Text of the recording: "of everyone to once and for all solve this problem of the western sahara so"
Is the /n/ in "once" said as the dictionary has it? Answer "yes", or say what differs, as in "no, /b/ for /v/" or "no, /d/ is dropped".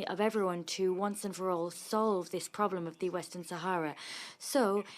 yes